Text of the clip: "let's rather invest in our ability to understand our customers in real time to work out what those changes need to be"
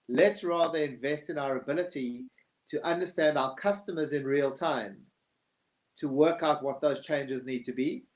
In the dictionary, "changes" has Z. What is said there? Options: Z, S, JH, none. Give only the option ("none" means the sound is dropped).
Z